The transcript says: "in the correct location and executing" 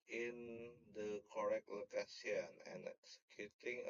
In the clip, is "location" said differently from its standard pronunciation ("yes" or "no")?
yes